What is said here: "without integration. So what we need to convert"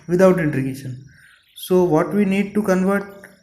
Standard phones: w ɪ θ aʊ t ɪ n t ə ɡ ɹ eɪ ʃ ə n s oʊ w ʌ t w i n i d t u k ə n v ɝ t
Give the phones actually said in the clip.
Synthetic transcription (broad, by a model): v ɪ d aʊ t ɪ n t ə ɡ eɪ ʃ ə n s oʊ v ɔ t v i n i d t u k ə n v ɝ t